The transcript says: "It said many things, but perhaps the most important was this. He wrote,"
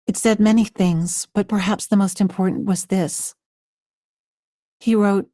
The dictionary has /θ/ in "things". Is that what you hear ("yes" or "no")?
yes